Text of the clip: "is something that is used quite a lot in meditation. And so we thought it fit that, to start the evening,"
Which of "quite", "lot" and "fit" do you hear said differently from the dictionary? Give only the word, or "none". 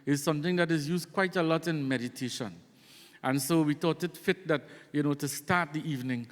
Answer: none